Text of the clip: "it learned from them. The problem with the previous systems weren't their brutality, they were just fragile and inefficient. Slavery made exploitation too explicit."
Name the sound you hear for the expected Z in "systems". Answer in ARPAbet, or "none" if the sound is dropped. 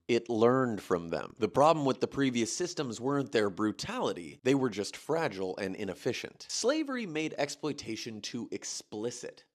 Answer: Z